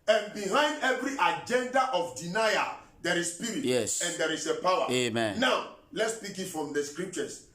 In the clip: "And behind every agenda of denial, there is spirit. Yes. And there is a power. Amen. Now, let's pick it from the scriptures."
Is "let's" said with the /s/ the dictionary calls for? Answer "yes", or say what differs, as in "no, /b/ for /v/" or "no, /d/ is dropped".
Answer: yes